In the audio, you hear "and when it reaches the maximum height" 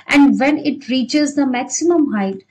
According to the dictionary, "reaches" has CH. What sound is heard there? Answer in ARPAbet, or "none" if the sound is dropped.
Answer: CH